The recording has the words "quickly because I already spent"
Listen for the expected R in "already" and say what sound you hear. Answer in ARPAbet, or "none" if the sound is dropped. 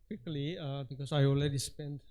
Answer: L